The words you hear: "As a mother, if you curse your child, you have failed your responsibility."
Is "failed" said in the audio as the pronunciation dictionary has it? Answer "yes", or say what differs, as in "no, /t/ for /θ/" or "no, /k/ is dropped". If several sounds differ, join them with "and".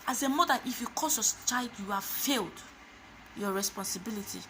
yes